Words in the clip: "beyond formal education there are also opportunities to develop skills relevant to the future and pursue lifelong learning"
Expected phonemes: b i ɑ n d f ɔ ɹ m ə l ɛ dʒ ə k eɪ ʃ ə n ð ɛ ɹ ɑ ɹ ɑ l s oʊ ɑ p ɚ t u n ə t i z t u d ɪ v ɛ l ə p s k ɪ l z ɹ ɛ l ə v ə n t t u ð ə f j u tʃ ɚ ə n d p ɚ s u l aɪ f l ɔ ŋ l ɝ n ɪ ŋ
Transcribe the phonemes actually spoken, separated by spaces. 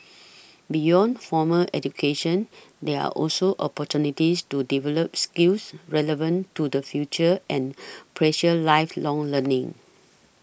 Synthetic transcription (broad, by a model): b i ɑ n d f ɔ m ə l ɛ dʒ ə k eɪ ʃ ə n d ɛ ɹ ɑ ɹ ɑ l s oʊ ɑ p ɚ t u n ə t i s t u d ɪ v ɛ l ə p s k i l s ɹ ɛ l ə v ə n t t u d ə f j u tʃ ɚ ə n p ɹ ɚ ʃ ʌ l aɪ f l ɔ ŋ l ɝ n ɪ ŋ